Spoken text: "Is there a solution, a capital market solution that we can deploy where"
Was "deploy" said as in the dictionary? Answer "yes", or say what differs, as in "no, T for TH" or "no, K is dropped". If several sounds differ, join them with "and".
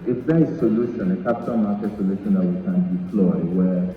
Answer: no, F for P